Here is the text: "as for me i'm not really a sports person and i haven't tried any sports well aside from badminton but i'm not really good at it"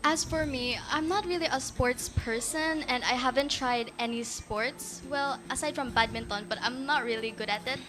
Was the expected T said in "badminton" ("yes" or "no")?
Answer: yes